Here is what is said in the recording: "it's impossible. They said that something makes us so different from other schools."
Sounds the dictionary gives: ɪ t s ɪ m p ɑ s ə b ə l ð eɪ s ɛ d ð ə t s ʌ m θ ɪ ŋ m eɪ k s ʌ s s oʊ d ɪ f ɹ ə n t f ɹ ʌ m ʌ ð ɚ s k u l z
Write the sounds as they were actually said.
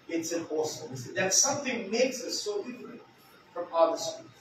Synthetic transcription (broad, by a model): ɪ t s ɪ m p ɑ s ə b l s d ð ə t s ʌ m θ ɪ ŋ m eɪ k s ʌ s s oʊ d ɪ f ɹ ə n t f ɹ ʌ m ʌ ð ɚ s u